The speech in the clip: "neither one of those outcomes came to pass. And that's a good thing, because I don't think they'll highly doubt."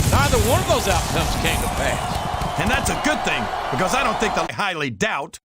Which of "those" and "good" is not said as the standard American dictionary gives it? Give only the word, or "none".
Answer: none